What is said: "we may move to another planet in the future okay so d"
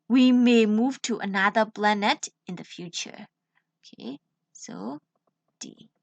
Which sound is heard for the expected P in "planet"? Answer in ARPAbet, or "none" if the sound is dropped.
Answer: B